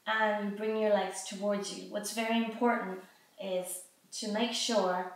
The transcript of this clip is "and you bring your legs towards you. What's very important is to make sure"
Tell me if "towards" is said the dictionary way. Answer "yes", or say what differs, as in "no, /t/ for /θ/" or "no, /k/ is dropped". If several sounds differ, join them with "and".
yes